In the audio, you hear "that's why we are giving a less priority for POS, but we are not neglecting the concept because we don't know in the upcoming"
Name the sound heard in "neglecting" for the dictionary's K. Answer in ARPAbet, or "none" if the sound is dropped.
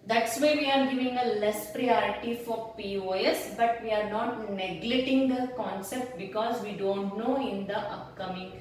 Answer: none